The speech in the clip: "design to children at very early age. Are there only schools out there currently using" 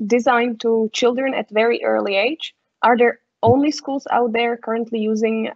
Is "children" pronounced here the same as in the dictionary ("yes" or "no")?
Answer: yes